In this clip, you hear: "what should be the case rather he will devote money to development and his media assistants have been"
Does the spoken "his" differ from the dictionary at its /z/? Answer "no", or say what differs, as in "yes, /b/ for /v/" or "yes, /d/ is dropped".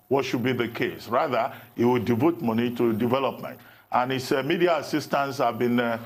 yes, /s/ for /z/